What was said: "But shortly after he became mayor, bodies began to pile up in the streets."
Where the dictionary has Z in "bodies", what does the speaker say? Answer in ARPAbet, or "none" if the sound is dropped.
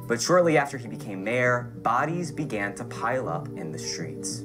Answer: Z